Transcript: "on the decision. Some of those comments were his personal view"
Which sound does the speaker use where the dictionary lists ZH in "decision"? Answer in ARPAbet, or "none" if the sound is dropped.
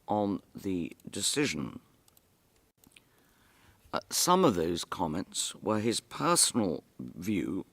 ZH